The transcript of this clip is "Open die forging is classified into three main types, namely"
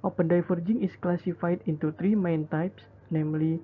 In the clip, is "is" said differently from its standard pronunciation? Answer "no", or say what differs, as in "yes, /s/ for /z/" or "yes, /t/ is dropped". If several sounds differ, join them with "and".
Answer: yes, /s/ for /z/